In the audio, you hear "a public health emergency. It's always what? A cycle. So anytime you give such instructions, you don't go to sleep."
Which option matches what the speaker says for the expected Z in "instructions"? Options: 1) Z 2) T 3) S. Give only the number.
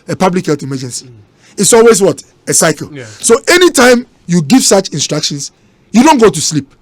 3